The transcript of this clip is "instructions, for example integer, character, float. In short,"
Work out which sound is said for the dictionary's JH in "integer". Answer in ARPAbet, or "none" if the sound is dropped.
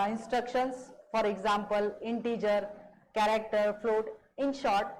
JH